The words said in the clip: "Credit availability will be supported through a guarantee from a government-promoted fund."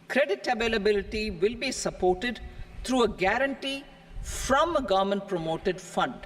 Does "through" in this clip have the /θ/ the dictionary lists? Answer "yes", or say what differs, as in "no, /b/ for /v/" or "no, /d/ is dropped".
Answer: no, /t/ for /θ/